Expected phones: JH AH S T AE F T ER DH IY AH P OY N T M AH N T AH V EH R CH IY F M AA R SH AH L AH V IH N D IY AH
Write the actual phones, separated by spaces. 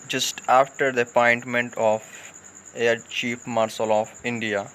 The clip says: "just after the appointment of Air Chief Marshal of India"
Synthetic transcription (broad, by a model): JH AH S T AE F T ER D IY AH P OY N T M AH N T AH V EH CH IY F M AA R S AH L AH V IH N D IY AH